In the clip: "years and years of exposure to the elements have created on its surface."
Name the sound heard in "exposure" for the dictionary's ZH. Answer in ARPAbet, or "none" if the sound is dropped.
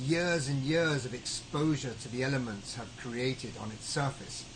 ZH